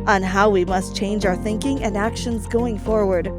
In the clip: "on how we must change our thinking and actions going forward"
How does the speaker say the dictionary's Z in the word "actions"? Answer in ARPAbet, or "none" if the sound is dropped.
Z